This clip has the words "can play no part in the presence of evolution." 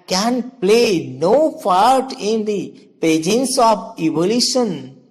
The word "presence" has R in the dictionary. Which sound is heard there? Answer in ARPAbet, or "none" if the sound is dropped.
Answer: none